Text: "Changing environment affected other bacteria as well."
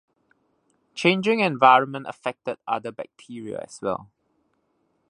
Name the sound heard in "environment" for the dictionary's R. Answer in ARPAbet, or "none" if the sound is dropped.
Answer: R